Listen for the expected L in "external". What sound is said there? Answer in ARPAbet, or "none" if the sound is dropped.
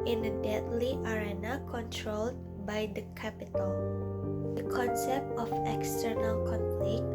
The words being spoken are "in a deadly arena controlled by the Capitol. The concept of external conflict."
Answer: L